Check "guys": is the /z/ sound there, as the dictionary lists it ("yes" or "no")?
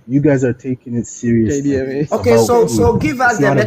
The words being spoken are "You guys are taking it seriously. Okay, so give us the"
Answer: yes